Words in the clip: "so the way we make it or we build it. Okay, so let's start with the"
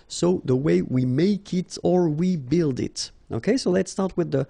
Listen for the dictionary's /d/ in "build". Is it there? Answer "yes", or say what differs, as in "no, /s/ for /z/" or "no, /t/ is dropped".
yes